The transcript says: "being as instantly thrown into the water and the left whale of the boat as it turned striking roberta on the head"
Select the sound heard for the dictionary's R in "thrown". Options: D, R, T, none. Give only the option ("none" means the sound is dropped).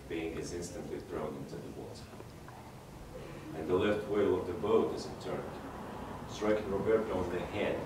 R